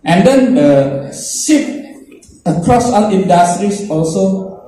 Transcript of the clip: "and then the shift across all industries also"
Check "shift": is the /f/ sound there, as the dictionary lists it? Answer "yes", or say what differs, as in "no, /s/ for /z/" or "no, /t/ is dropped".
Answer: no, /f/ is dropped